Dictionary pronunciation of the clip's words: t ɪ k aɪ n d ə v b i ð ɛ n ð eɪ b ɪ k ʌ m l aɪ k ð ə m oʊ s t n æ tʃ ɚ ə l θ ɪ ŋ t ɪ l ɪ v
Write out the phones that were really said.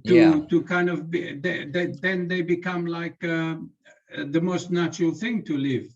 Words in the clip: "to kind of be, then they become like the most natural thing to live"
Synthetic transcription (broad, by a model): t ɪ k aɪ n d ə v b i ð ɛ n ð eɪ b ɪ k ʌ m l aɪ k ð ə m oʊ s t n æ tʃ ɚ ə l θ ɪ ŋ t ɪ l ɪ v